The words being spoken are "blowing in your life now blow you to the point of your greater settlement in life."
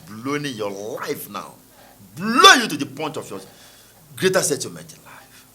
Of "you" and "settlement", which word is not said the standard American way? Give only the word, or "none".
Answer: settlement